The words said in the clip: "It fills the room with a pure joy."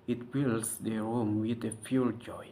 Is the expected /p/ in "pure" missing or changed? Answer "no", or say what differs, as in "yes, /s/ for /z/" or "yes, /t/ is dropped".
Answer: yes, /f/ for /p/